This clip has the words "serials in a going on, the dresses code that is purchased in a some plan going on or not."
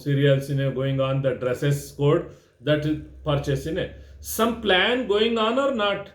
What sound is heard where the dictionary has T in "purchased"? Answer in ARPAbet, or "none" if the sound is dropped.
none